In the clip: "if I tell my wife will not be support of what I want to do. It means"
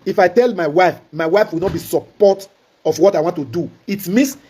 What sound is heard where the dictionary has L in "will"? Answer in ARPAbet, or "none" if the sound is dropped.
W